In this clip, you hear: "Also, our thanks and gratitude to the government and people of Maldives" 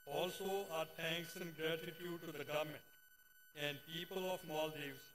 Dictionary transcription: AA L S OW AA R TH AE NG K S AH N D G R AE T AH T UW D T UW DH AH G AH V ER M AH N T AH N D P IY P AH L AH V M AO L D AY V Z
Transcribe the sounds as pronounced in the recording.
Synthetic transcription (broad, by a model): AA L S OW AA R T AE NG K S AH N D G R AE T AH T UW D T UW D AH G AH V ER M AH N T AH N D P IY P AH L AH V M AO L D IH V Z